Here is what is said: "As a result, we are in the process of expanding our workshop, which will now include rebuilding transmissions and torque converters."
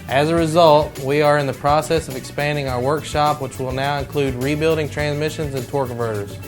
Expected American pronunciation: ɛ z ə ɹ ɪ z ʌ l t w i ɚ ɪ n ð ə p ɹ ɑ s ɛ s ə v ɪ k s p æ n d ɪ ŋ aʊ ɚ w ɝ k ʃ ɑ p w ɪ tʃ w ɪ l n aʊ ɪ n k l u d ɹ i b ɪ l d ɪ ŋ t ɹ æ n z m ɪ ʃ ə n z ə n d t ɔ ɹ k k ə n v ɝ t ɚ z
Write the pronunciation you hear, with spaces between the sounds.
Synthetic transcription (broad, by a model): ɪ z ə ɹ ɪ z ʌ l t w i ɚ ɪ n ð ə p ɹ ɑ s ɛ s ə v ɪ k s p æ n d ɪ ŋ aʊ ɚ w ɝ k ʃ ɑ p w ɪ tʃ w ɪ l n aʊ ɪ n k l u d ɹ i b ɪ l d ɪ ŋ t ɹ æ n z m ɪ ʃ ə n z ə n t ɔ ɹ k k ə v ɝ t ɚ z